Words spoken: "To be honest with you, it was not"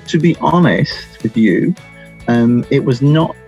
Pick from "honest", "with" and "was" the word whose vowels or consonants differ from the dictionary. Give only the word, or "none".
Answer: none